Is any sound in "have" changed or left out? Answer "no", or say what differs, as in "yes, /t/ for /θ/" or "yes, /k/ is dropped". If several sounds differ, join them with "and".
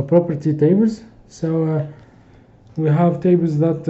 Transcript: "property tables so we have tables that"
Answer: no